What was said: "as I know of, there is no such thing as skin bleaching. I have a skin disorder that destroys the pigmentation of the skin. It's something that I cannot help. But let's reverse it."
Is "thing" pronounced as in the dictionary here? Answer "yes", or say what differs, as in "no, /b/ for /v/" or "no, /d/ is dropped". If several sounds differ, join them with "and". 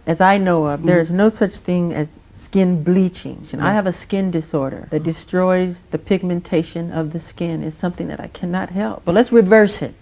yes